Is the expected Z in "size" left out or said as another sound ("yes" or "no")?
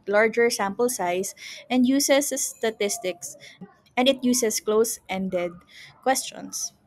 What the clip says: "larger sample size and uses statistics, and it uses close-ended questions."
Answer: yes